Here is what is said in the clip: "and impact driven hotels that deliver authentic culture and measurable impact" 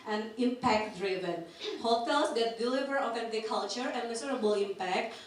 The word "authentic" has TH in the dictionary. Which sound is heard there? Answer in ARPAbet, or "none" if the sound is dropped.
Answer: F